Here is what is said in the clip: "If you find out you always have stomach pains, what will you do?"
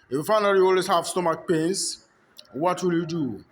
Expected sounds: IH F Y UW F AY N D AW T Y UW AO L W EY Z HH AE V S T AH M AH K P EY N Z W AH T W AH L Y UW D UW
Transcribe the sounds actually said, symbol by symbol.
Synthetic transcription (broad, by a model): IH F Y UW F AY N AW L Y UW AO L W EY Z HH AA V S T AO M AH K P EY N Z W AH T W AH L Y UW D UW